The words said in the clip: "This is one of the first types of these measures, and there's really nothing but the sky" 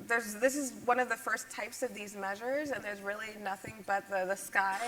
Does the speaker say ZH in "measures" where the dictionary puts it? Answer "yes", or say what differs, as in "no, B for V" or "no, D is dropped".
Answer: yes